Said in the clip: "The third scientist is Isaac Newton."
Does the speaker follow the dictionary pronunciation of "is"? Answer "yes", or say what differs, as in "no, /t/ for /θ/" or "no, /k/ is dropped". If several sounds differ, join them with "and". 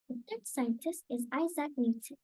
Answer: yes